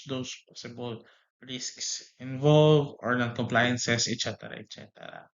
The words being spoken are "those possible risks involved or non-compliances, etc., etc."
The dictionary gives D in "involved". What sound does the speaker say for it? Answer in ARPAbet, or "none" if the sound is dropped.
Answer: none